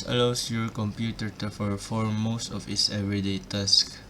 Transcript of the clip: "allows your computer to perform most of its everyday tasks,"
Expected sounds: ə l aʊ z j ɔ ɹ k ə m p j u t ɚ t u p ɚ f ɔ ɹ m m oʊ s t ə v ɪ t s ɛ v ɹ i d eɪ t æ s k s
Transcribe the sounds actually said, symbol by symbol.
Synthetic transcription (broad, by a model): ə l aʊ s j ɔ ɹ k ə m p j u t ɚ t u f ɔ f ɔ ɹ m m oʊ s t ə f ɪ t s ɛ v ɹ i d eɪ t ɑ s k